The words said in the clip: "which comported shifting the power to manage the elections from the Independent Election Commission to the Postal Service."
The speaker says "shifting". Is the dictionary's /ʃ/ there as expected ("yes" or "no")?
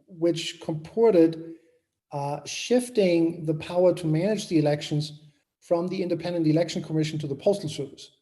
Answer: yes